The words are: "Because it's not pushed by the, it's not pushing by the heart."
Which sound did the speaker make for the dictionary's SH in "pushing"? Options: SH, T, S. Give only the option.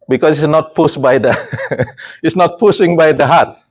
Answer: S